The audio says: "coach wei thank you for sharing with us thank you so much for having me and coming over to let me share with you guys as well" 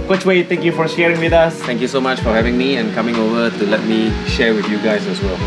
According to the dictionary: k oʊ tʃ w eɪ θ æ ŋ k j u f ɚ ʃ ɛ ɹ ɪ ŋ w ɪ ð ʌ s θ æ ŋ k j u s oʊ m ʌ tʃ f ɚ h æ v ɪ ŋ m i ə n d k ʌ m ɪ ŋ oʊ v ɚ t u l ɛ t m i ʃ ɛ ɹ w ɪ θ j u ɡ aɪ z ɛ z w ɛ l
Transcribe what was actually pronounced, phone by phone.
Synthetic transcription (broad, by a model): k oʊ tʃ w eɪ t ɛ ŋ k j u f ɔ ʃ ɛ ɹ ɪ ŋ w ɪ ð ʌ s t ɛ ŋ k j u s oʊ m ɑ tʃ f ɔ h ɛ v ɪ ŋ m i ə n k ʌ m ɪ ŋ oʊ v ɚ t u l ɛ t m i ʃ ɛ ɹ w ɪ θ j u ɡ aɪ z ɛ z w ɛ l